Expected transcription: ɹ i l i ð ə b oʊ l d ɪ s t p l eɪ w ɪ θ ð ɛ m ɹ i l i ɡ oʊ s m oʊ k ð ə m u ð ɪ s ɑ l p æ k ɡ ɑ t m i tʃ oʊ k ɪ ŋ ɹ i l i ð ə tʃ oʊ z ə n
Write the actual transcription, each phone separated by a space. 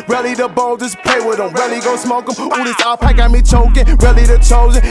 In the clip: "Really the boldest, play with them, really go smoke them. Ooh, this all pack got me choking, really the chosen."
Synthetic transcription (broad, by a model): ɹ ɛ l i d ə b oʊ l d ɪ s p eɪ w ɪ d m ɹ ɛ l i ɡ oʊ s m oʊ k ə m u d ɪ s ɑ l p æ k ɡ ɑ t m i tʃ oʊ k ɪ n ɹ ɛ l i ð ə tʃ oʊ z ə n